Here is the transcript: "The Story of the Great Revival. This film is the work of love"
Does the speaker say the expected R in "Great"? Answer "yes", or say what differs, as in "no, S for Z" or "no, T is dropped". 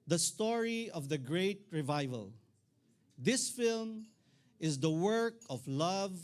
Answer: yes